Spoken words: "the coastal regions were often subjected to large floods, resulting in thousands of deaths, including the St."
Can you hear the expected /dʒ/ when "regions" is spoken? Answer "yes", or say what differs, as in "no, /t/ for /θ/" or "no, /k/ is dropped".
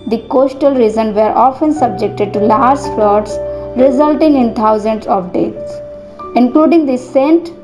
no, /z/ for /dʒ/